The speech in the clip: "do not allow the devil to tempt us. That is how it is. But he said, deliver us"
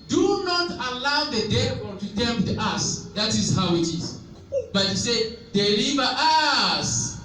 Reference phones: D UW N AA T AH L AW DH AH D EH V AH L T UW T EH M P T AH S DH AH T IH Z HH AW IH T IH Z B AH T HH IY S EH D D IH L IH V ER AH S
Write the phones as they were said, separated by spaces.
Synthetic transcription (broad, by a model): D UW N AA T AH L AW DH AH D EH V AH N T UW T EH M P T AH S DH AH T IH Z HH AW IH T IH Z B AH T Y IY S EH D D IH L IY V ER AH S